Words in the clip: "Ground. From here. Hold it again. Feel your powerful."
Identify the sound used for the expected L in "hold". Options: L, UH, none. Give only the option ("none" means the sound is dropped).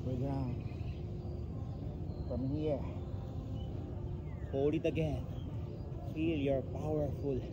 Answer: none